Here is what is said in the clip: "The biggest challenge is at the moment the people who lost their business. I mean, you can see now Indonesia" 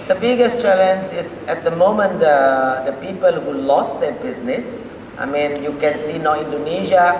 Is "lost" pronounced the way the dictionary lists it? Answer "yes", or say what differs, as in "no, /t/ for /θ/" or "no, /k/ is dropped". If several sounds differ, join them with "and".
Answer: yes